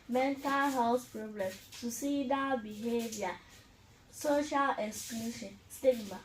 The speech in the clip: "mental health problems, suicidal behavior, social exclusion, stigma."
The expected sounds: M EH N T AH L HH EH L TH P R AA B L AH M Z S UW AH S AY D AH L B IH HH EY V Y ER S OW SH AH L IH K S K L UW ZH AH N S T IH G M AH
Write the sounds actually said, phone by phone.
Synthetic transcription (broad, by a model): M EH N T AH L HH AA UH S P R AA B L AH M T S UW S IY D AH B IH HH EY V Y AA S OW SH AH L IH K S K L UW SH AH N S T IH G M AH